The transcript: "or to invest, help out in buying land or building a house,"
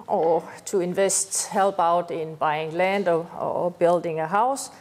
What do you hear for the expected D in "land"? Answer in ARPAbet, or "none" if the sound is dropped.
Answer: D